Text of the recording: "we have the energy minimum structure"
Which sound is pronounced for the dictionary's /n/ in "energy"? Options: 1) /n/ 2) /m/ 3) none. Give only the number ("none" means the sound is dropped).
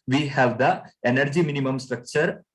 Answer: 1